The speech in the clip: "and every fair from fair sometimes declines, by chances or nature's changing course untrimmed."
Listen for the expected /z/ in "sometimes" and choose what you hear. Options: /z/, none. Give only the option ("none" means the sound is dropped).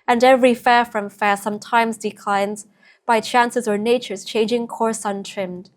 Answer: /z/